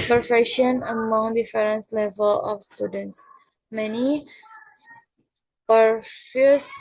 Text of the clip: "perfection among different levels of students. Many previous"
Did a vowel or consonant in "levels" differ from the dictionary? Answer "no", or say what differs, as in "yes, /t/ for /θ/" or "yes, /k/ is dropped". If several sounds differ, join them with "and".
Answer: yes, /z/ is dropped